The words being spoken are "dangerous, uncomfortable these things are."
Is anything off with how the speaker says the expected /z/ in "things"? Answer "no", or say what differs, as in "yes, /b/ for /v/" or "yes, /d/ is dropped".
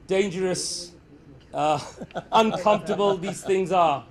no